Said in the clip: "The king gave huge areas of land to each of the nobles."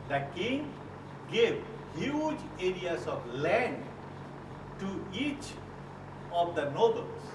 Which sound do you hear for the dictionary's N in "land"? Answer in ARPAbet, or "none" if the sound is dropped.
N